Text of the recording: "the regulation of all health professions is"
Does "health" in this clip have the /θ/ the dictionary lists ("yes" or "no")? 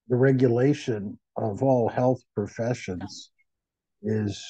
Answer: yes